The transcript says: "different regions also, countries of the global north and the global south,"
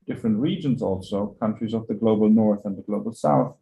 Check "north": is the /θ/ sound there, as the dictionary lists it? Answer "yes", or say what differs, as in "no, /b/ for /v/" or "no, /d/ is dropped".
yes